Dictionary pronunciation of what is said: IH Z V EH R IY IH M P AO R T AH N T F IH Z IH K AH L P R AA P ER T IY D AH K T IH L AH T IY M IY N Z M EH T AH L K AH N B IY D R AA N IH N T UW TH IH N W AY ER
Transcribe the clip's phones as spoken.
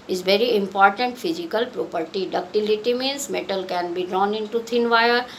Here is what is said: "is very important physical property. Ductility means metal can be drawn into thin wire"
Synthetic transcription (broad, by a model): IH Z V EH R IY IH M P AO R T AH N T F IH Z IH K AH L P R AA P ER T IY D AH K T IH L AH T IY M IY N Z M EH T AH L K AH N B IY D R AA N IH N T UW T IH N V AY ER